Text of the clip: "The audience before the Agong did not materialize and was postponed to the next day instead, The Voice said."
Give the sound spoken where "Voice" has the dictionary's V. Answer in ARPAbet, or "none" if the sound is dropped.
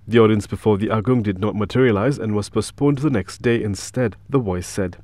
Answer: W